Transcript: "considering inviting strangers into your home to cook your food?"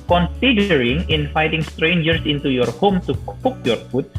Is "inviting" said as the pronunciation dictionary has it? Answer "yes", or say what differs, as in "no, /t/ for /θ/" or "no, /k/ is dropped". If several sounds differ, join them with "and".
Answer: no, /f/ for /v/